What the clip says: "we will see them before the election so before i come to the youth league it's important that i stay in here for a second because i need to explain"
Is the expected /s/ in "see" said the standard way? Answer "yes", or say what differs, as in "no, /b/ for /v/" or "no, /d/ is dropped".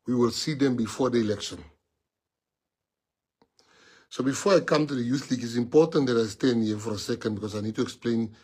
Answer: yes